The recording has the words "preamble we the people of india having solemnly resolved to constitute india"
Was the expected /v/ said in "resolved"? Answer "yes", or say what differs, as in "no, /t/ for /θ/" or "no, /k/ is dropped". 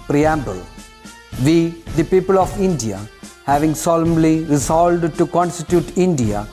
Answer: no, /v/ is dropped